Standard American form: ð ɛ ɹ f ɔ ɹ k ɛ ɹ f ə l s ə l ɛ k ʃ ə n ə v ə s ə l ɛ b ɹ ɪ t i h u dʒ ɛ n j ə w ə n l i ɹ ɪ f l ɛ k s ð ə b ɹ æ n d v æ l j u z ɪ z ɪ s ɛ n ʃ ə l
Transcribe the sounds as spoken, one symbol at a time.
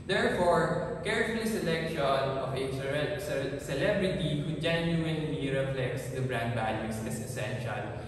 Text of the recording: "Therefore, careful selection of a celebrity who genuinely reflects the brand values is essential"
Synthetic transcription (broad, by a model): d ɛ ɹ f ɔ ɹ k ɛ ɹ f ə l s ə l ɛ k ʃ ə n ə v ə s ə l ɛ b ɹ ɪ t i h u dʒ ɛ n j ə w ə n n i ɹ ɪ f l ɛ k s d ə b ɹ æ n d b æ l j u s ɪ s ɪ s ɛ n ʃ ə l